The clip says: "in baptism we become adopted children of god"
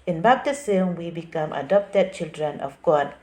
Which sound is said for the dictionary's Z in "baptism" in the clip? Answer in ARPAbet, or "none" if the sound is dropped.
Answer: S